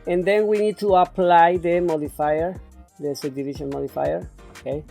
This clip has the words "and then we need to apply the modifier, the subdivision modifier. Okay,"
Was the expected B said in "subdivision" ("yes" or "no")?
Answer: no